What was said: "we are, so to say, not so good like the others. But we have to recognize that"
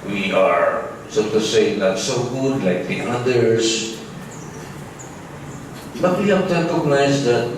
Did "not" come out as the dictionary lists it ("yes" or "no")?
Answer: no